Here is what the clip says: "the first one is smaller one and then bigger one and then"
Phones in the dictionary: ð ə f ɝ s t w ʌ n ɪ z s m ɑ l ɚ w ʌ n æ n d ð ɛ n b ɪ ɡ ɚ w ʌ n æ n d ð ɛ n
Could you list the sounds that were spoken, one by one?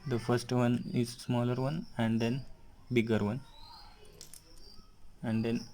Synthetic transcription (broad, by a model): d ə f ɝ s t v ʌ n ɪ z s m ɑ l ɚ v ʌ n æ n d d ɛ n b ɪ ɡ ɚ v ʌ n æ n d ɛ n